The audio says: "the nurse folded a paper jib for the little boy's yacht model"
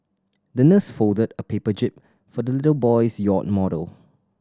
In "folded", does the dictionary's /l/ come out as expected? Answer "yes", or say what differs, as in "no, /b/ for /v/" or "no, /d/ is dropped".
yes